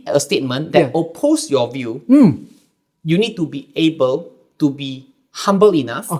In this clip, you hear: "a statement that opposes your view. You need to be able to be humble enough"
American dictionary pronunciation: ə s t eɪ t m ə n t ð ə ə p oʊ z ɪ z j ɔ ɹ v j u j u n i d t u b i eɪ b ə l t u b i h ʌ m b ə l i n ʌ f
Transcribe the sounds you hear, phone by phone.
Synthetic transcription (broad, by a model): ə s t eɪ t m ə n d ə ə p oʊ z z j ɔ v j u j u n i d t u b i eɪ b ə l t u b i h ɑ m b ə l i n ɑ f